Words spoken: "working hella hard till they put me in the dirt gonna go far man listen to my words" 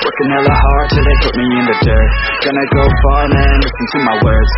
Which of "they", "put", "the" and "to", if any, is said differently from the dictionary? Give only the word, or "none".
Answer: none